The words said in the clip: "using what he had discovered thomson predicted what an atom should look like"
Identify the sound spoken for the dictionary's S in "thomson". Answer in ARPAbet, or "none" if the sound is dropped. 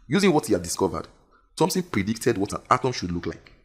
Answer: TH